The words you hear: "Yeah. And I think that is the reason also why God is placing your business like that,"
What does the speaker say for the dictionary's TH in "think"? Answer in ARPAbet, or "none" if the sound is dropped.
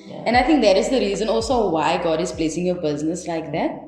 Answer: T